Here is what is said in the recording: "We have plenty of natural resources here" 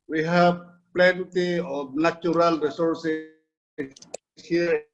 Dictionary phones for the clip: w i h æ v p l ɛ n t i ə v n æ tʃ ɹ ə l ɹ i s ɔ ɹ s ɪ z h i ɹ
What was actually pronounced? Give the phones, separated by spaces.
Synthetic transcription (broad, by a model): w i h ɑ b p l ɛ n t i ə b n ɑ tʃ ɹ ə l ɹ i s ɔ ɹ s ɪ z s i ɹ